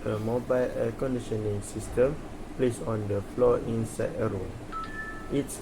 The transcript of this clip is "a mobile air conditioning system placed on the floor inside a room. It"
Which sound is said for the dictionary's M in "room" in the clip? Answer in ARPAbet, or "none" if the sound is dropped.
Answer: none